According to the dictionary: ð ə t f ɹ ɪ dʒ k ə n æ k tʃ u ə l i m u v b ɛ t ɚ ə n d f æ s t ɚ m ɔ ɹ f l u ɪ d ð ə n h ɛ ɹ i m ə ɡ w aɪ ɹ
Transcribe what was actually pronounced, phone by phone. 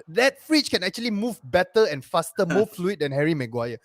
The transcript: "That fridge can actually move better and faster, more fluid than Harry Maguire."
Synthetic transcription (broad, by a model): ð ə t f ɹ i tʃ k ə n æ k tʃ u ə l i m u v b ɛ t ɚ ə n f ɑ s t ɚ m ɔ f l u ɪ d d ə n h ɛ ɹ i m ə ɡ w aɪ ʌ